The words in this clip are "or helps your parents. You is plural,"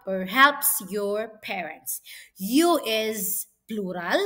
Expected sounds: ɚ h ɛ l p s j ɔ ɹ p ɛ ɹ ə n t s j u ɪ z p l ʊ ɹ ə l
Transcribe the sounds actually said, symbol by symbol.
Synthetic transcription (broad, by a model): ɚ h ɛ p s j ɔ ɹ p ɛ ɹ ə n t s j u ɪ z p l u ɹ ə l